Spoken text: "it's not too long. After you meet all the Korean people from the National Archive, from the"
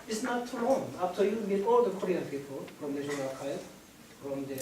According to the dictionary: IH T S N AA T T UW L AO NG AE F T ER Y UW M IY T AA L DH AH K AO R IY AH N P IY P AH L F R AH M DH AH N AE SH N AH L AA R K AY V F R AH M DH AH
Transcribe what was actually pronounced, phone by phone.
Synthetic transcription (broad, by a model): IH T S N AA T T UW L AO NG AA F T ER Y UW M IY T AA L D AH K AO R IY AH N P IY P AH L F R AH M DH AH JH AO N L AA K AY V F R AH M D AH